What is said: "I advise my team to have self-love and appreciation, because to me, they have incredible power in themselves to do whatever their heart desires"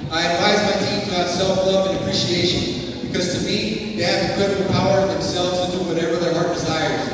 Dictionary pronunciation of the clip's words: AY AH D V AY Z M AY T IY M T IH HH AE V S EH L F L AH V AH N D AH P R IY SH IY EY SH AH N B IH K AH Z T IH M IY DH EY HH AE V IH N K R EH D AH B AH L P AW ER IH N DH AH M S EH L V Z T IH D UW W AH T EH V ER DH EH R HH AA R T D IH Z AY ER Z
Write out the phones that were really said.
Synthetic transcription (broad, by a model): AY AH D V AY Z M AY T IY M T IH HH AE S EH L F L AH V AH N AH P R IY SH IY EY SH AH N B IH K AH Z T IH M IY DH EY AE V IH K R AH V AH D P AW ER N DH AH M S EH L V Z T IH D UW W AH T EH V ER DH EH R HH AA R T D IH Z AY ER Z